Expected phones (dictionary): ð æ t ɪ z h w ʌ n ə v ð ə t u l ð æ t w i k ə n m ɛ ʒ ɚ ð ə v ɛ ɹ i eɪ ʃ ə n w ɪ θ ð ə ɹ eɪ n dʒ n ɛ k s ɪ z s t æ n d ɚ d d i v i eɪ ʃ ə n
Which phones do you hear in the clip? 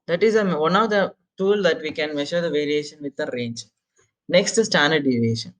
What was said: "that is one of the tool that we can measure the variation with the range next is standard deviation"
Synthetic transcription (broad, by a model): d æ t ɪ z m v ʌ n ə v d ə t u l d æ t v i k ə n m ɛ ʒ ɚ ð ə v ɛ ɹ i eɪ ʃ ə n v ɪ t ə ɹ eɪ n dʒ n ɛ k s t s t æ n d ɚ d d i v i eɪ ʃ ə n